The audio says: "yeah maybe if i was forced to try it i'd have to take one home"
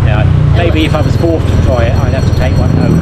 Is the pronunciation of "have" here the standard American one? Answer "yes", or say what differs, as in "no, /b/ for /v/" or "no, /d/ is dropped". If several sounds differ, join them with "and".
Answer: no, /f/ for /v/